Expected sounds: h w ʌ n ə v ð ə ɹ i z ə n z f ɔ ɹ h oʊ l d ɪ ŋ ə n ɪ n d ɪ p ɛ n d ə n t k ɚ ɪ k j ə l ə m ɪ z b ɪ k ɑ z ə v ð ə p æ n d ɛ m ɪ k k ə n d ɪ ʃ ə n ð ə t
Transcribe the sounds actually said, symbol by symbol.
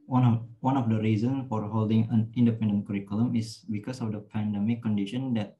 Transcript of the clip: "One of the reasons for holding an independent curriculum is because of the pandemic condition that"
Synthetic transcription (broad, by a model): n w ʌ n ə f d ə ɹ i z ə n s f ɔ ɹ h oʊ l d ɪ ŋ ə n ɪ n d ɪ p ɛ n d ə n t k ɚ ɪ k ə l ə m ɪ s b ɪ k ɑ s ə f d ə p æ n d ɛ m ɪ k k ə n d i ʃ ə n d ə t